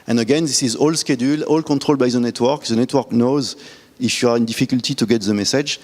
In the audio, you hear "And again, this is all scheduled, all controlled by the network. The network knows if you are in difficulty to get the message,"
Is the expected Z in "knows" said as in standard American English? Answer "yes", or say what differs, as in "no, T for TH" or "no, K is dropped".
yes